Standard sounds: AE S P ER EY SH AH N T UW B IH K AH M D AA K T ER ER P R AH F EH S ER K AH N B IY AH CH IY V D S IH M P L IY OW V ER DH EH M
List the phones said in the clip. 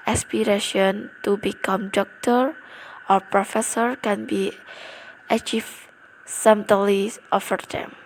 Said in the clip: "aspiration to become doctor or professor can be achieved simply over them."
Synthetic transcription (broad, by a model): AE S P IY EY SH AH N T UW B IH K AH M D AA K T ER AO P R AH F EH S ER K AH N B IY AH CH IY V S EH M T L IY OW F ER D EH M